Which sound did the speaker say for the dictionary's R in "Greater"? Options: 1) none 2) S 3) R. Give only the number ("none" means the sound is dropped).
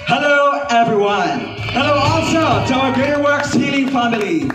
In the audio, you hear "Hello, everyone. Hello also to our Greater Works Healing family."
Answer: 1